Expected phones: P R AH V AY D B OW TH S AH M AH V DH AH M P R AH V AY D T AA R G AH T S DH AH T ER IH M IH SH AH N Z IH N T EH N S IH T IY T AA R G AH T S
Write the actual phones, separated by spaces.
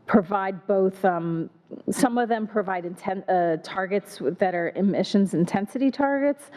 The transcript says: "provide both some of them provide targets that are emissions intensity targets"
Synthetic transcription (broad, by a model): P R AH V AY D B OW TH S AH M AH V DH AH M P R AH V AY D T AA R G AH T S DH AH T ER IH M IH SH AH N Z IH N T EH N S IH T IY T AA R G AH T S